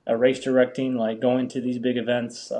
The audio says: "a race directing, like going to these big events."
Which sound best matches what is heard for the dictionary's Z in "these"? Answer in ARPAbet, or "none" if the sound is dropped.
Z